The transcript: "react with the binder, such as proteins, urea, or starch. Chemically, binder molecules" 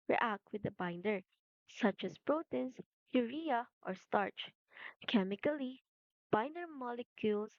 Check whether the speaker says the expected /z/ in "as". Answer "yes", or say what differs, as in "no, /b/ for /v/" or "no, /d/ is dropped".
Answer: no, /s/ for /z/